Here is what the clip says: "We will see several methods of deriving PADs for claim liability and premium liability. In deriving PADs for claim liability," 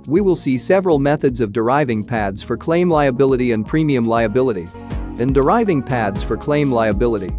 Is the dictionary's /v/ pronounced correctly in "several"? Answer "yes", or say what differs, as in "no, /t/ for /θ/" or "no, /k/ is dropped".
yes